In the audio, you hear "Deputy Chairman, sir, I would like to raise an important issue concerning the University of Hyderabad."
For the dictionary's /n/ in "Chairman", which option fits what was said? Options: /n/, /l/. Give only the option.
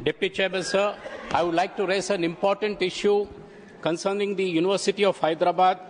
/l/